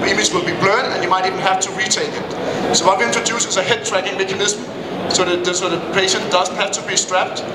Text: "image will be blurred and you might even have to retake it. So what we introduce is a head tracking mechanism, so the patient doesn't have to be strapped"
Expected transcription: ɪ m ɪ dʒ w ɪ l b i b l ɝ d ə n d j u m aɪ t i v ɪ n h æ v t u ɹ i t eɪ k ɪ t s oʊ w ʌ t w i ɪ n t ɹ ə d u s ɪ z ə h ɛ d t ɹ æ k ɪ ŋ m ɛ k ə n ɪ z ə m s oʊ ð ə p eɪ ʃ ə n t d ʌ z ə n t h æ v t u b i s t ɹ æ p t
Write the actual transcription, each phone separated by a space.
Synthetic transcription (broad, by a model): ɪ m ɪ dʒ w ɪ l b i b l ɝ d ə n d j u m aɪ t i v ɪ n h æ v t u ɹ i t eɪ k ɪ t s oʊ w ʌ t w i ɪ n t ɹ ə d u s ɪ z ə h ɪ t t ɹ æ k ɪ ŋ m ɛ k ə n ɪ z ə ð s oʊ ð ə p eɪ ʃ ə n t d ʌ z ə n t h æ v t u b i s t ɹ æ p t